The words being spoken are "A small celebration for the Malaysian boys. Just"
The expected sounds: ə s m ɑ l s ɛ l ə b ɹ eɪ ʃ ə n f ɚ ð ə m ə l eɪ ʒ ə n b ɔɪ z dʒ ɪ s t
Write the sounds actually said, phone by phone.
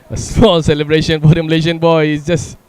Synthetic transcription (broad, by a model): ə s ɑ s ɛ l ə b ɹ eɪ ʃ ə n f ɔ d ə m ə l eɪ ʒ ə n b ɔɪ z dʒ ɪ s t